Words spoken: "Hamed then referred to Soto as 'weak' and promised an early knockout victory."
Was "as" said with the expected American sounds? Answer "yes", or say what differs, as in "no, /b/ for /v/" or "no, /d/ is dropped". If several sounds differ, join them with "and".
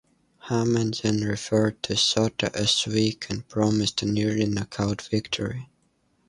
no, /s/ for /z/